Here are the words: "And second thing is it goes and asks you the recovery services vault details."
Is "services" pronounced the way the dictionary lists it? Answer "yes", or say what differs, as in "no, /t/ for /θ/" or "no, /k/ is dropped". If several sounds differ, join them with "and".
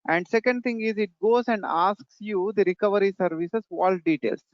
no, /s/ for /z/